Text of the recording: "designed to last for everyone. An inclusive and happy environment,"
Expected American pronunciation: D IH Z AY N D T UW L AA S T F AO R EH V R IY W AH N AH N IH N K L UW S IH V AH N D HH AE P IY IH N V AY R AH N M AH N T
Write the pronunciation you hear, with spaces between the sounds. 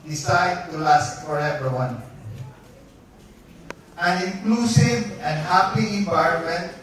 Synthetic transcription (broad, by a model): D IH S AY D T UW L AA S T F AO R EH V IY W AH N AH N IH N K L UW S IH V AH N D HH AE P IY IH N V AY R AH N M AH N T